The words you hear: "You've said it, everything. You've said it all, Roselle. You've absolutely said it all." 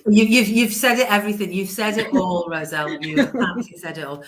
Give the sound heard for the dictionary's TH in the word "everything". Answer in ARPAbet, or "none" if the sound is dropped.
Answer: TH